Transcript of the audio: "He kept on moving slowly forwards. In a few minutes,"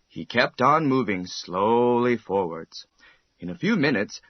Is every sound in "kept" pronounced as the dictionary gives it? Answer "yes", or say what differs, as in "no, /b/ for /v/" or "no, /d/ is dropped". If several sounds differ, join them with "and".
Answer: yes